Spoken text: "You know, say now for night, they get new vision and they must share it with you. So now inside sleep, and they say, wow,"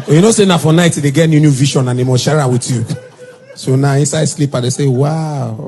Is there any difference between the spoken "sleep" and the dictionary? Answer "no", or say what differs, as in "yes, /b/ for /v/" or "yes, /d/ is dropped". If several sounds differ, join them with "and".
no